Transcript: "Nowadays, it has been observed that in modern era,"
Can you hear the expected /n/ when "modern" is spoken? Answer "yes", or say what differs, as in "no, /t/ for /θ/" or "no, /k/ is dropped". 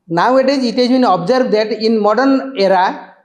yes